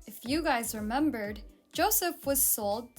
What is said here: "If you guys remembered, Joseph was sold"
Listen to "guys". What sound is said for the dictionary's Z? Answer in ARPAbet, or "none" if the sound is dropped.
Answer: Z